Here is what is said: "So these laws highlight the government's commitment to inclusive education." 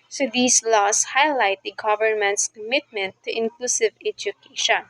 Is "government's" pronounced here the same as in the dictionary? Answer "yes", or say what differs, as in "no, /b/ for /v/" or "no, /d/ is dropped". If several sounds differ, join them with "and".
yes